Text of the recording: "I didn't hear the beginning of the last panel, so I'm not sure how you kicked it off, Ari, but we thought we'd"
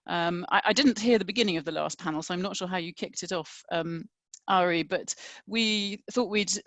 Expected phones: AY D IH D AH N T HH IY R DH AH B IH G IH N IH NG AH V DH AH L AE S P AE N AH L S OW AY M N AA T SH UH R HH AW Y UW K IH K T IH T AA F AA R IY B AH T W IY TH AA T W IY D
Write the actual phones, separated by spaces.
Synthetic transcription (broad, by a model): AY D IH D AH N T HH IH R DH AH B IH G IH N IH NG AH V DH AH L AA S P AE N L S OW AY M N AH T SH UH HH AW Y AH K IH K T IH T AA F AA R IY B AH T W IY TH AA T W IY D